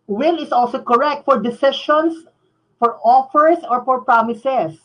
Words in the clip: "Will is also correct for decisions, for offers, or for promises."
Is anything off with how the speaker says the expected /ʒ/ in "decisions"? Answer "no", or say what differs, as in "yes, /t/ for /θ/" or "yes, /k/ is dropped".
yes, /ʃ/ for /ʒ/